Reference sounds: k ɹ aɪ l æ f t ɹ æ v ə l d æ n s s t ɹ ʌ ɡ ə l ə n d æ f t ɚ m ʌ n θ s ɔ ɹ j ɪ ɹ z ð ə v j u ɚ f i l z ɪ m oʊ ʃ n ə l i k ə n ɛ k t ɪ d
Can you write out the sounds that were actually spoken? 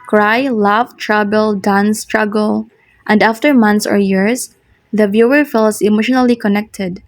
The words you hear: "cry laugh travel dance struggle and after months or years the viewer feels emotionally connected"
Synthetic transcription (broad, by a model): k ɹ aɪ l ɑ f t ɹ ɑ b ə l d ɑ n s s t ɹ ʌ ɡ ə l ə n d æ f t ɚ m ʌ n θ s ɔ ɹ j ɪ ɹ s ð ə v j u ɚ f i l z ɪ m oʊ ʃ n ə l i k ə n ɛ k t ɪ d